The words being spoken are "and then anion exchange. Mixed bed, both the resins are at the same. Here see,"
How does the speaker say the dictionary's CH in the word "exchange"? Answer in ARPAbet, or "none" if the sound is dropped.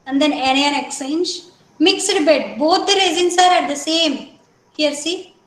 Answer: none